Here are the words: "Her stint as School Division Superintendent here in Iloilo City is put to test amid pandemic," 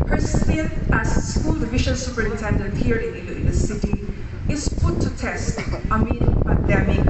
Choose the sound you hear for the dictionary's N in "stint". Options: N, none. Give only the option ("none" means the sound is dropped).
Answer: none